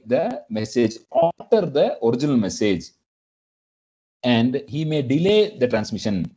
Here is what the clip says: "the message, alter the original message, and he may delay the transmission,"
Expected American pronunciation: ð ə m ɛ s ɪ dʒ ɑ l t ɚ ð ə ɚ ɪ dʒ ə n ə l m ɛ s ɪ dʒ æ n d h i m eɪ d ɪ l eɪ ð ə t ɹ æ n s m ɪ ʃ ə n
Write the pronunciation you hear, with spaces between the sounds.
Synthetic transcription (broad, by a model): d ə m ɛ s ɪ dʒ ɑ t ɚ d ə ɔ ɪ dʒ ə n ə l m ɛ s ɪ dʒ æ n d h i m eɪ d ɪ l eɪ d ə t ɹ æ n s m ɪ ʃ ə n